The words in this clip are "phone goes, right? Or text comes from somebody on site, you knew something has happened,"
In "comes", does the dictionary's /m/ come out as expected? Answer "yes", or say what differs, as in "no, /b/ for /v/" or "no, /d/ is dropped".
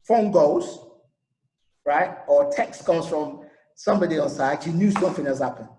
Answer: no, /m/ is dropped